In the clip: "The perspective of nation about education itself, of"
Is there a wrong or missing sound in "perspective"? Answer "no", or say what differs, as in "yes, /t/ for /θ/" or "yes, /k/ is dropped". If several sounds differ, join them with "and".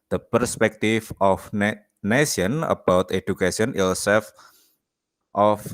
yes, /f/ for /v/